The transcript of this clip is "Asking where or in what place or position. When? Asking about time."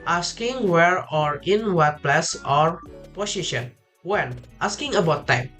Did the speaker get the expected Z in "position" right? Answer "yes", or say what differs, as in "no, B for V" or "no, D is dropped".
no, S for Z